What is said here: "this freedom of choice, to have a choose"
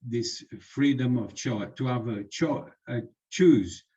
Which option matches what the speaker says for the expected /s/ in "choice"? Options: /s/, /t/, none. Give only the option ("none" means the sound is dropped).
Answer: none